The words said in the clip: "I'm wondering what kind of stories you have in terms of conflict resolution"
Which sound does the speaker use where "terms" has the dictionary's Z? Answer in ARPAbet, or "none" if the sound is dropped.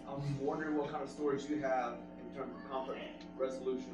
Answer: Z